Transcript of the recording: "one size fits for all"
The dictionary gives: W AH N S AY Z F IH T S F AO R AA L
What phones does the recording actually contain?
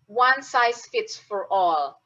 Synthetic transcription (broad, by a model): W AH N S AY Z F IH T S F AO R AA L